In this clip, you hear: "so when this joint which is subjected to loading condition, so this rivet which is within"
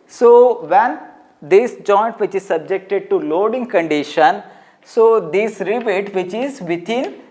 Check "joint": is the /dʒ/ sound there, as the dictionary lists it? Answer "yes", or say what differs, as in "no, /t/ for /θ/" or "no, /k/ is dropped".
yes